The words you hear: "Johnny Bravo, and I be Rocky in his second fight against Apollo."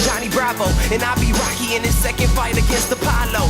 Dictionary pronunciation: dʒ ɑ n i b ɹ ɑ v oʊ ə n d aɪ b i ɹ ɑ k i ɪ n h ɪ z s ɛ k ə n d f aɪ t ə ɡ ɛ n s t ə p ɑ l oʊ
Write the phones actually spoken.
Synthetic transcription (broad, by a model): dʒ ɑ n i b ɹ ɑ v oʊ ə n aɪ b i ɹ ɑ k i ɪ n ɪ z s ɛ k ə n d f aɪ t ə ɡ ɛ n s t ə p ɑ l oʊ